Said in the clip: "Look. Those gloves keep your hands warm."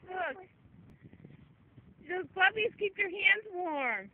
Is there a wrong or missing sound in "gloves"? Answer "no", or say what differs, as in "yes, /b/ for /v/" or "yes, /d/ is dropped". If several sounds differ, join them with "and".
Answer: yes, /b/ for /v/